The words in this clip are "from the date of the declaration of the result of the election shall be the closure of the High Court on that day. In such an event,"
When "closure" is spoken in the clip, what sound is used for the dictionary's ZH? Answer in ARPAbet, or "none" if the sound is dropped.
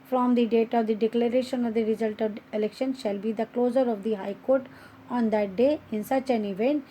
Z